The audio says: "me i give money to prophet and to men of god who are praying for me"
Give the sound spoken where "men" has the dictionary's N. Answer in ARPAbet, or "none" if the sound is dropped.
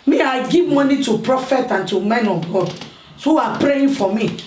N